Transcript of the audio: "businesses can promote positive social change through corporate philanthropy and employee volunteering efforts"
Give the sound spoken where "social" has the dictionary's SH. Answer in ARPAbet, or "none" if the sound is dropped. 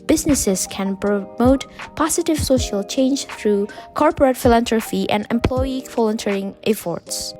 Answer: SH